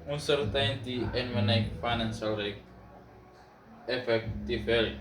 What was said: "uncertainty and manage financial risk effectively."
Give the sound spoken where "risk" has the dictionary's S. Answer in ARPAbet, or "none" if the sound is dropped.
none